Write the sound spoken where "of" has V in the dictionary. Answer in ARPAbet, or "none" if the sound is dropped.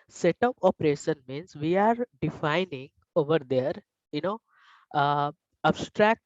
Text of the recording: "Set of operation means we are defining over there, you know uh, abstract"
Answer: P